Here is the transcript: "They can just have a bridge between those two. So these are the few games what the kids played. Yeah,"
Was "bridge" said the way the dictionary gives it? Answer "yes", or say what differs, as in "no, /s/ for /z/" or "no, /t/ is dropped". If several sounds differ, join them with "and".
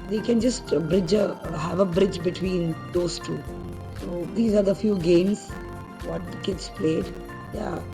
yes